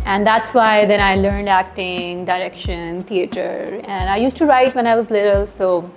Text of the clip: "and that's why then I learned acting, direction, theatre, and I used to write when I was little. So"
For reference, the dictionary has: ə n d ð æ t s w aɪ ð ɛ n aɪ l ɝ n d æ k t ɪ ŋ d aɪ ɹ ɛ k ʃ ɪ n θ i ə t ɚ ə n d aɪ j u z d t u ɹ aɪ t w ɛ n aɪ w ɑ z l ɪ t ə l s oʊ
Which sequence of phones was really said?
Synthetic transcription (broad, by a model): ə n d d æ t s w aɪ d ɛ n aɪ l ɝ n d æ k t ɪ ŋ d aɪ ɹ ɛ k ʃ ɪ n t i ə t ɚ ə n d aɪ j u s t u ɹ aɪ t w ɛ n aɪ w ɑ z l ɪ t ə l s oʊ